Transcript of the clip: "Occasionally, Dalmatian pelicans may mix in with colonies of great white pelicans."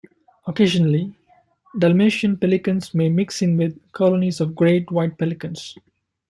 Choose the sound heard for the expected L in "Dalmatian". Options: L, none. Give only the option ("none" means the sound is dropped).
L